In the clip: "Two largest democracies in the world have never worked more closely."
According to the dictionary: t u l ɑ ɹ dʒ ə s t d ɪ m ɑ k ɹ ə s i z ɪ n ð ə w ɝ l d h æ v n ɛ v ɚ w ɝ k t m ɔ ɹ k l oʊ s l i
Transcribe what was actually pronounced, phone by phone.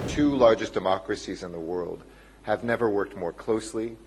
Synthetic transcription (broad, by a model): t u l ɑ ɹ dʒ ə s d ɪ m ɑ k ɹ ə s i z ɪ n ð ə w ɝ l d h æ v n ɛ v ɚ w ɝ k t m ɔ ɹ k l oʊ s l i